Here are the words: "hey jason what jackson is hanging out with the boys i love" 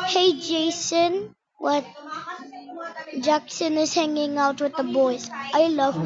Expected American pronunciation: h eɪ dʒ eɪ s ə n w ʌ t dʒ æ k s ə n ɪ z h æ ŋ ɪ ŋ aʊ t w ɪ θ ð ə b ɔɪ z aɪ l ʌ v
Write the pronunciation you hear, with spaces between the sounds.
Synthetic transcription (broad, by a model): h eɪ dʒ eɪ s ə n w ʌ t dʒ æ k s ə n ɪ z h æ ŋ ɪ ŋ aʊ t w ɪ ð ə b ɔɪ z aɪ l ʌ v